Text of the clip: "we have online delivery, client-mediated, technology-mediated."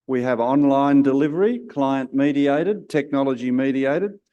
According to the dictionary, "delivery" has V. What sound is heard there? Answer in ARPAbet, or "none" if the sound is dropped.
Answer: V